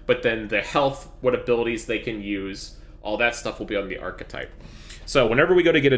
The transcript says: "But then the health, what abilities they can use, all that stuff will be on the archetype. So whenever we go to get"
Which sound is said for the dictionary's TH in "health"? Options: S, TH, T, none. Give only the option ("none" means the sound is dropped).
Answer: TH